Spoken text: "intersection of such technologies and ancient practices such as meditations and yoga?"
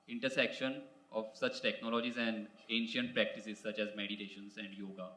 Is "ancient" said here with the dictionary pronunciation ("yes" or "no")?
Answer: yes